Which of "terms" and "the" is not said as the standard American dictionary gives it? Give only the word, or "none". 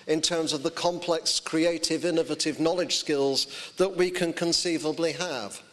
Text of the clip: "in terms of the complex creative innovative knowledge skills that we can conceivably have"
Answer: none